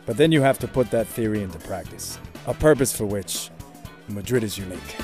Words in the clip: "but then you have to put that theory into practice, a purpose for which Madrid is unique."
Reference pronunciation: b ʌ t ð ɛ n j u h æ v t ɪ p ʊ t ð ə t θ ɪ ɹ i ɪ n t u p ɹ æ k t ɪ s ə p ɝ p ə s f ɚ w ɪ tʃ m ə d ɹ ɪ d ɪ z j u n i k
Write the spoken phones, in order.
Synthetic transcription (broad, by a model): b ʌ t ð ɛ n j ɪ h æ f t ɪ p ʊ t ð ə t θ ɪ ɹ i ɪ n t u p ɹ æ k t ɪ s ə p ɝ p ə s f ɚ w ɪ tʃ m ə d ɹ ɪ d ɪ z j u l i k